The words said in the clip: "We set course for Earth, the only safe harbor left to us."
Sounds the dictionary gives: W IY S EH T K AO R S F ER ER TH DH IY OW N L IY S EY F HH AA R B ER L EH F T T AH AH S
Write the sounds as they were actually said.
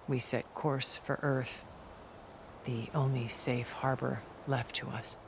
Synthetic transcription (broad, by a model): W IY S EH T K AO R S F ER ER TH DH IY OW N L IY S EY F HH AA R B ER L EH F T T AH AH S